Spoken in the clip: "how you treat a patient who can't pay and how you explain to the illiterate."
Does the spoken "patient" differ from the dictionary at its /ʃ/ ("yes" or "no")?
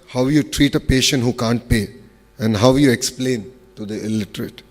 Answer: no